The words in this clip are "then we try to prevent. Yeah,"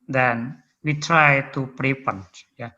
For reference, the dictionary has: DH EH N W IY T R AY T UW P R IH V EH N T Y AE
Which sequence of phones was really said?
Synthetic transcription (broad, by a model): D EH N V IY T R AY T UW P R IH P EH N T Y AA